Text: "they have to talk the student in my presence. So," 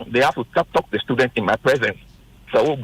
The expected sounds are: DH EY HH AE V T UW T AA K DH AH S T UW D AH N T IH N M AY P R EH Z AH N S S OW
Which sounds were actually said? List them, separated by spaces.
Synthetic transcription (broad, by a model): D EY HH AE F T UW T AA K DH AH S T UW D AH N T IH N M AY P R EH Z AH N S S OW